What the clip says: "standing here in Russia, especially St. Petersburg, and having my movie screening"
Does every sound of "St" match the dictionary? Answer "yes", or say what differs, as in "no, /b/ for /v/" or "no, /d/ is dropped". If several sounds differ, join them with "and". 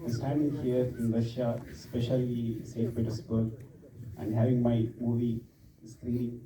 no, /n/ is dropped